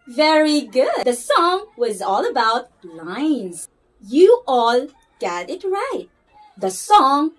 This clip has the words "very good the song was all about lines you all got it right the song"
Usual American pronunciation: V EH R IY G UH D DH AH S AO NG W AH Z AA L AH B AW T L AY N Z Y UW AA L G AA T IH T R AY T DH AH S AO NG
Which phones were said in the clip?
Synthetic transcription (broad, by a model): V EH R IY G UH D DH AH S AO NG W AH Z AA L AH B AW T L AY N Z Y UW AA L G AA T IH T R AY T DH AH S AO NG